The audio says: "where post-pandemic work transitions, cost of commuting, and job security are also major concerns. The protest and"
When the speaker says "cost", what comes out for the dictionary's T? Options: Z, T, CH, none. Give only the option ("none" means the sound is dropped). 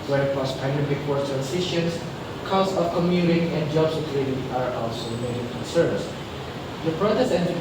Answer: none